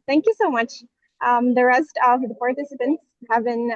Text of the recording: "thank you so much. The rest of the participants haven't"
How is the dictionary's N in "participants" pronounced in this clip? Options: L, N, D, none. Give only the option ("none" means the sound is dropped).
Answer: N